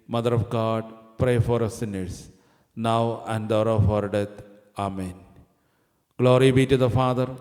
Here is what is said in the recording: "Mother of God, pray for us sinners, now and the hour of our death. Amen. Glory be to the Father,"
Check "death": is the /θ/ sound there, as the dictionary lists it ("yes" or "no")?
no